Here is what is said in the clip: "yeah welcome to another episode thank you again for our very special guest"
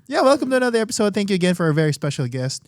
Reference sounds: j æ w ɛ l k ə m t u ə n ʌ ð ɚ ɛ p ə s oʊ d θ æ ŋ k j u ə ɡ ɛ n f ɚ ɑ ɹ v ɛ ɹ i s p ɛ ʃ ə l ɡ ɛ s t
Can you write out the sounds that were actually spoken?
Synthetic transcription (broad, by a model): j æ w ɛ l k ə m t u ə n ʌ ð ɚ ɛ p ə s oʊ d θ æ ŋ k j u ə ɡ ɛ n f ɚ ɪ v ɛ ɹ i s p ɛ ʃ l ɡ ɛ s t